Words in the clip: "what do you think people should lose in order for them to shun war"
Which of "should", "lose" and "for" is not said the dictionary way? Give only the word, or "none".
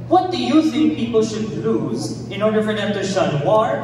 none